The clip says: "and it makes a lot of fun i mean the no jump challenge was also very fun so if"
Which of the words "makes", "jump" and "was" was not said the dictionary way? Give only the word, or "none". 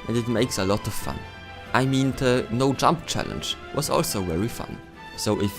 none